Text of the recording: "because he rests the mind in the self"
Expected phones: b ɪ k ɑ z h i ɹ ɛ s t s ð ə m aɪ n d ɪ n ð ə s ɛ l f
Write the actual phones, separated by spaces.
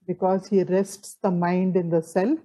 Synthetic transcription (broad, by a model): b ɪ k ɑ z h i ɹ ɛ s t s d ə m aɪ n d ɪ n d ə s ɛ l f